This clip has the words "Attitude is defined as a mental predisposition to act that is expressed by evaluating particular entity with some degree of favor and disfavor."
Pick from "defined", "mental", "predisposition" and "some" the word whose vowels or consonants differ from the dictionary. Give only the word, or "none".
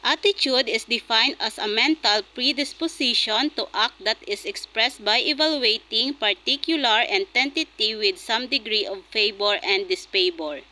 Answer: predisposition